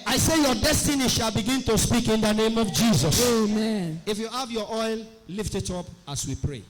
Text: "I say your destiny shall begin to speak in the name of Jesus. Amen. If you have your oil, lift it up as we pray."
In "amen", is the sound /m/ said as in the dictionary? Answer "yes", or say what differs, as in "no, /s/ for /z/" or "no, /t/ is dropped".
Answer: yes